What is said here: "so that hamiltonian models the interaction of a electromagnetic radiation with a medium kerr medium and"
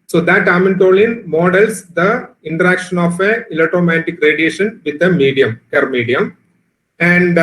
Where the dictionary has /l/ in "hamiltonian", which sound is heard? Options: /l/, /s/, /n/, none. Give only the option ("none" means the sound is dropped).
/n/